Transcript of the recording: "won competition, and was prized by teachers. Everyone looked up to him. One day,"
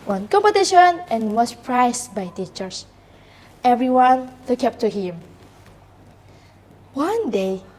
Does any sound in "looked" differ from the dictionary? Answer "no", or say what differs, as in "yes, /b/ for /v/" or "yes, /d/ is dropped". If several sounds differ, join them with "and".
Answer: yes, /t/ is dropped